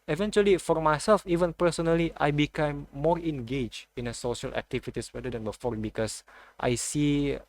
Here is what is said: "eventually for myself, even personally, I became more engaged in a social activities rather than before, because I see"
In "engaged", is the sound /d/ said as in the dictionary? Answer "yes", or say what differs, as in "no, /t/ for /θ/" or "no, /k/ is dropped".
no, /d/ is dropped